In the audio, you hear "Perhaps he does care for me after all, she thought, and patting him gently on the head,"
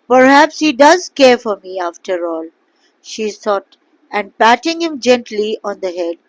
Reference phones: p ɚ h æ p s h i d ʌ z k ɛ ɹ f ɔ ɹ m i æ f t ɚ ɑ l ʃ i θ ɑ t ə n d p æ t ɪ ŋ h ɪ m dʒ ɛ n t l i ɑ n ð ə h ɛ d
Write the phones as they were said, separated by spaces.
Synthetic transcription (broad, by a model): p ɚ h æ p s h i d ʌ z k ɛ ɹ f ɔ ɹ m i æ f t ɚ ɑ l ʃ i s ɑ t ə n d p æ t ɪ ŋ h ɪ m dʒ ɛ n t l i ɑ n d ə h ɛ d